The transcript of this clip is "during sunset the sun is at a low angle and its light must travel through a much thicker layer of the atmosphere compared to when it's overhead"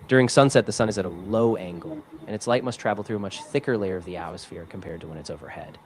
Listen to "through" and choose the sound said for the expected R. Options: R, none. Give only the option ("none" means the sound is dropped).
R